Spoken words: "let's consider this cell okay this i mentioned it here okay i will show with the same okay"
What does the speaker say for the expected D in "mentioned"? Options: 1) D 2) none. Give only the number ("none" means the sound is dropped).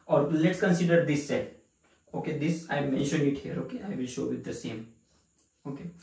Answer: 2